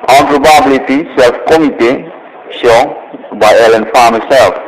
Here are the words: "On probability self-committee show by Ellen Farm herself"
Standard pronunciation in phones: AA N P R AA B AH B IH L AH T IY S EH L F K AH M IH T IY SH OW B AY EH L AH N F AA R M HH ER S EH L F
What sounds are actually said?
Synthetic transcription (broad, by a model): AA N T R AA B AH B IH L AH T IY S EH L F K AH M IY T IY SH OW B AY EH L AH N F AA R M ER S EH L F